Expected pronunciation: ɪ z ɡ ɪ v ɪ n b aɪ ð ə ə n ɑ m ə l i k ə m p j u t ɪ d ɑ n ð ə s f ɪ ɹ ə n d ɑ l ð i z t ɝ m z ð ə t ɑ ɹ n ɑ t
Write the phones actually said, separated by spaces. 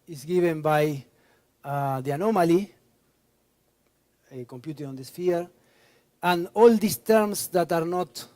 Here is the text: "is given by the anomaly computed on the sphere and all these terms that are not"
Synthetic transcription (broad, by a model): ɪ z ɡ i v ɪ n b aɪ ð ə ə n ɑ m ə l i k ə m p j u t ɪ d ɑ n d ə s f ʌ ɹ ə n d ɑ l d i s t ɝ m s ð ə t ɑ ɹ n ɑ t